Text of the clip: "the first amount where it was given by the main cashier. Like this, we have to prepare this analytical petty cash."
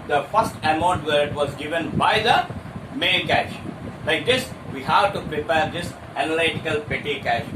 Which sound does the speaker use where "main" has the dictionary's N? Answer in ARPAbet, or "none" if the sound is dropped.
L